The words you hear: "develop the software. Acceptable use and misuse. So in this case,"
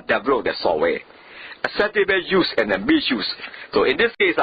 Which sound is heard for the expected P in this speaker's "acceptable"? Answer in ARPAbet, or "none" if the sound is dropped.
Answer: none